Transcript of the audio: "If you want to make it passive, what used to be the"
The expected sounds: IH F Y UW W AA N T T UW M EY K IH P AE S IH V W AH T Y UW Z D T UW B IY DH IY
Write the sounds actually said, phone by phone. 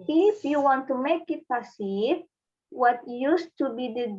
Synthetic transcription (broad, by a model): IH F Y UW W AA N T T UW M EY K IH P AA S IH P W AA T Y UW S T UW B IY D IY